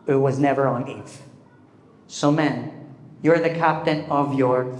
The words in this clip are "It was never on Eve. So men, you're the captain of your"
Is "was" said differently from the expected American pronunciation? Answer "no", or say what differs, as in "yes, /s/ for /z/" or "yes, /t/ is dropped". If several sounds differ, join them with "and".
no